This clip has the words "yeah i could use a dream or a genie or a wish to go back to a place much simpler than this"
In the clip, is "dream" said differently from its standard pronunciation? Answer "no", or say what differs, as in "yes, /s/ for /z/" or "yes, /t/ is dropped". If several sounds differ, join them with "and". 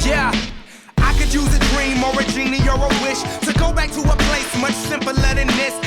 no